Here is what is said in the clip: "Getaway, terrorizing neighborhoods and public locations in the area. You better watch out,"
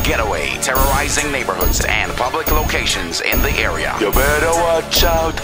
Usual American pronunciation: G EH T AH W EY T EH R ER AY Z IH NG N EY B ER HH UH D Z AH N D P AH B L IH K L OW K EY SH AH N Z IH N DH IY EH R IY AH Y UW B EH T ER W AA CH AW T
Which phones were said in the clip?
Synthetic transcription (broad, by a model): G EH T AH W EY T EH R ER AY Z IH NG N EY B ER HH UH D Z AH N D P AH B L IH K L OW K EY SH AH N Z IH N DH IY EH R IY AH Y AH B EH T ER W AA CH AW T